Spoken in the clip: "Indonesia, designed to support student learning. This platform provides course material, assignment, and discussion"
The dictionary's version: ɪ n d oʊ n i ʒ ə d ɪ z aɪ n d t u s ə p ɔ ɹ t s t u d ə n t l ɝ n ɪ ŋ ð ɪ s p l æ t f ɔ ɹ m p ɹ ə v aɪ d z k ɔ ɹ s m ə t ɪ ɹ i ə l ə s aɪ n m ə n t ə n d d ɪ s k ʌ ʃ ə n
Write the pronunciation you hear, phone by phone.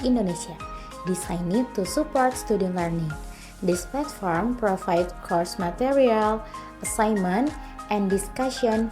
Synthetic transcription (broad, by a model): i n d oʊ n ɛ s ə d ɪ s aɪ n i t u s ə p ɔ ɹ t s t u d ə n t l ɝ n ɪ ŋ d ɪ s p l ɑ t f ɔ ɹ m p ɹ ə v aɪ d k ɔ ɹ s m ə t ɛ ɹ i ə l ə s aɪ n m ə n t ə n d d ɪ s k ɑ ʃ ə n